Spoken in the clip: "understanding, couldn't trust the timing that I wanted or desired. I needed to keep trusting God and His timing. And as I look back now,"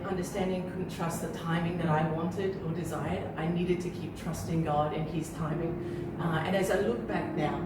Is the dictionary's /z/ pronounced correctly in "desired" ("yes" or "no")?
yes